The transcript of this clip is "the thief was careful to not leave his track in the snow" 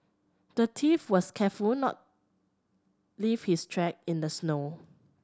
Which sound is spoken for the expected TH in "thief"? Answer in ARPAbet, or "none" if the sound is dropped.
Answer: T